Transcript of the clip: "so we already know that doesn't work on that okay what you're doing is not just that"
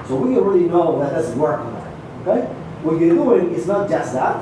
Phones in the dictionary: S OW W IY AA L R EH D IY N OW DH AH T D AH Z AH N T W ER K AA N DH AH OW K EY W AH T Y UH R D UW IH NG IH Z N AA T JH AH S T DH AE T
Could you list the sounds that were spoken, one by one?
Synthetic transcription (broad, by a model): S OW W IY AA N R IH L IY N OW DH AH T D AH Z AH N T W ER K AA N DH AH OW K EY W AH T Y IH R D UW IH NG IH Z N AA T JH AH S T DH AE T